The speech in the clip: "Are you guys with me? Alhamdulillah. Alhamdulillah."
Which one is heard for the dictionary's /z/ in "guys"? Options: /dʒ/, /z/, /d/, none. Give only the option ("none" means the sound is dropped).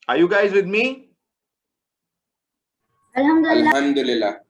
/z/